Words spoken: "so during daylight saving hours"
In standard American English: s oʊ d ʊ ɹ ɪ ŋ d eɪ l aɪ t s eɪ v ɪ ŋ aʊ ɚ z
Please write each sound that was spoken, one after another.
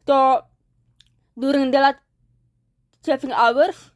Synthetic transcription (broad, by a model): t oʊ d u ɹ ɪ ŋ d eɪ l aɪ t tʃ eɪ f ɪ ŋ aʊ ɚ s